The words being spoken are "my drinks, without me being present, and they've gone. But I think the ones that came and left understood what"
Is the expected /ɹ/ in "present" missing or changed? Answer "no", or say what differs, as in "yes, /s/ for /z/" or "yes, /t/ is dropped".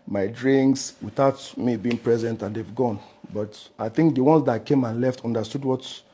no